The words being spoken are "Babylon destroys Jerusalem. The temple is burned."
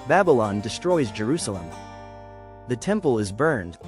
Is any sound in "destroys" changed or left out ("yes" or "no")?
no